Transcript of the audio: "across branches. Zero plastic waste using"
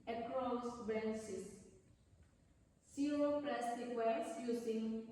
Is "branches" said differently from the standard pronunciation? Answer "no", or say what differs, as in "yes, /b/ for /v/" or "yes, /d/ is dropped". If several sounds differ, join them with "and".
yes, /s/ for /tʃ/